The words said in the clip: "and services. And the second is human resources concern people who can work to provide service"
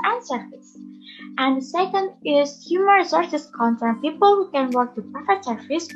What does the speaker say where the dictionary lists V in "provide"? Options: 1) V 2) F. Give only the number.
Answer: 2